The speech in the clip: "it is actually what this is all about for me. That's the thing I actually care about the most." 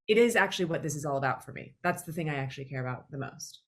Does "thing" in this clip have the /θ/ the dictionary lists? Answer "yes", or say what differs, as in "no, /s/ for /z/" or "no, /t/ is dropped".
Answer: yes